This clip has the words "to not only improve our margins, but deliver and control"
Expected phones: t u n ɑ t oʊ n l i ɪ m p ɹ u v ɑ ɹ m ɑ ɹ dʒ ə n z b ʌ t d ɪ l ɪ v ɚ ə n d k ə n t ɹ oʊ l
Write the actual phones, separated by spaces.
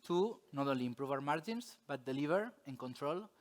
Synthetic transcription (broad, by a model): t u n ɑ t oʊ n l i m p ɹ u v ɑ ɹ m ɑ ɹ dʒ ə n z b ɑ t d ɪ l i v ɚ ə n k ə n t ɹ oʊ l